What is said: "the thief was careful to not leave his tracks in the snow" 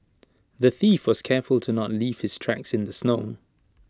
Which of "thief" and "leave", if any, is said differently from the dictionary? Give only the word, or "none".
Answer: none